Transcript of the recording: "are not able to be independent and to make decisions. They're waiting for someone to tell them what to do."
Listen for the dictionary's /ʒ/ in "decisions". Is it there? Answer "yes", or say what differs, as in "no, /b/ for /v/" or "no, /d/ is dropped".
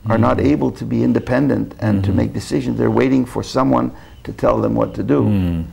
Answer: yes